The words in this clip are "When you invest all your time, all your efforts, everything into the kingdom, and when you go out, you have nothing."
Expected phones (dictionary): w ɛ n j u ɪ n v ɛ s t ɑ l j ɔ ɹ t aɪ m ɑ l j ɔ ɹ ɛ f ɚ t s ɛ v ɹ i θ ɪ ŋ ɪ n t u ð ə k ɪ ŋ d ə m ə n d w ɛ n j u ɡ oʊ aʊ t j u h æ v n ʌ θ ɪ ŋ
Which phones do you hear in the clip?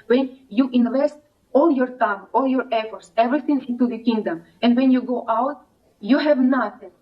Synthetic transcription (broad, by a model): w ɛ n j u ɪ n v ɛ s t ɑ l j ɔ ɹ t aɪ m ɑ l j ɔ ɹ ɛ f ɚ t s ɛ v ɹ i θ ɪ ŋ ɪ n t u ð ə k ɪ ŋ d ə m ə n d w ɛ n j u ɡ oʊ aʊ t j u h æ v n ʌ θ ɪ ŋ